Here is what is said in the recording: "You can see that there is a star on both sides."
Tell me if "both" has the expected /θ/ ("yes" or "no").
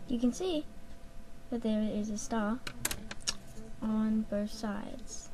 yes